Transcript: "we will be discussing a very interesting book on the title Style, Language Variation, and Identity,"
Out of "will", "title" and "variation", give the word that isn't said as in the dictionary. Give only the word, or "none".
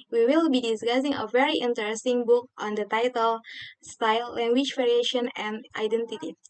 none